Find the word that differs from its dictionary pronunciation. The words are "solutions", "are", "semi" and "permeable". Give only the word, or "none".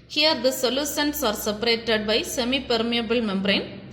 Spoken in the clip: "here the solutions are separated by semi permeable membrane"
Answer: solutions